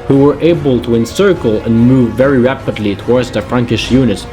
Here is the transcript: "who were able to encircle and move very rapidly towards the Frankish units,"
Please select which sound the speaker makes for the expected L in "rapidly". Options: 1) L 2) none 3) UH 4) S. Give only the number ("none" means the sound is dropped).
1